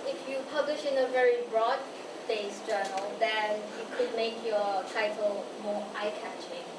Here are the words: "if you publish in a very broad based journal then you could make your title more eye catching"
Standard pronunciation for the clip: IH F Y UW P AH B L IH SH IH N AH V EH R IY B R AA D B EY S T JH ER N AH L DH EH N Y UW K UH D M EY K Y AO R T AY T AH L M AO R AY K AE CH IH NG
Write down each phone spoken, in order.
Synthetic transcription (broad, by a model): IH F Y UW P AH B L IH SH IH N AH V EH R IY B R AA D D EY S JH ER N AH L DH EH N Y UW K UH D M EY K Y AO T AY T AH L M AO AY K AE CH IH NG